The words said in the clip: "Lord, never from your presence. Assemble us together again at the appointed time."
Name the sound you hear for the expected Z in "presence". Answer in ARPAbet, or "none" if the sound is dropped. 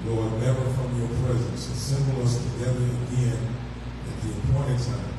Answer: Z